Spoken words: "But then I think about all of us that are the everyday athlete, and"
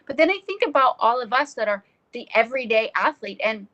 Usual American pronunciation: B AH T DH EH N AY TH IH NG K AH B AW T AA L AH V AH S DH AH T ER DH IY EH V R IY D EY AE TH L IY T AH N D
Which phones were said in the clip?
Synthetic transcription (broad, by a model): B AH T DH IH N AY TH IH NG K AH B AW T AA L AH V AH S DH AH T ER DH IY EH V R IY D EY AE TH L IY T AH N